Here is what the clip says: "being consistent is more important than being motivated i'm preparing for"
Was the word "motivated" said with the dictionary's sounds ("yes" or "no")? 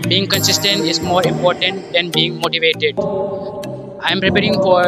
yes